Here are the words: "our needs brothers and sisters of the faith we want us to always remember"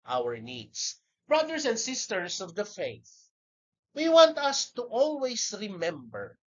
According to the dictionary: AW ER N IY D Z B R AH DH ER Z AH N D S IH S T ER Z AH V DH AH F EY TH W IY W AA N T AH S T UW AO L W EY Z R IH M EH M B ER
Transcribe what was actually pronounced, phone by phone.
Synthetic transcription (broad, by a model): AW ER N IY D S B R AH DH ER S AH N D S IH S T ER S AH V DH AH F EY TH W IY W AA N T AH S T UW AO L W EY S R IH M EH M B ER